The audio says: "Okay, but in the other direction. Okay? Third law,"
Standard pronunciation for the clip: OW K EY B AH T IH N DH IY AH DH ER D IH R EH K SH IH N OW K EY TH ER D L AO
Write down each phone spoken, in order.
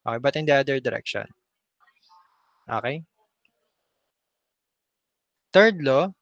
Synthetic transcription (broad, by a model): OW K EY B AH T IH N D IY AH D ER D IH R EH K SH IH N OW K EY T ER D L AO